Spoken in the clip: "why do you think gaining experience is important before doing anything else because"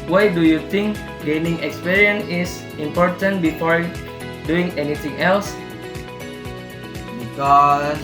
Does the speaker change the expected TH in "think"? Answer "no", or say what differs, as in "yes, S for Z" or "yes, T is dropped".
yes, T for TH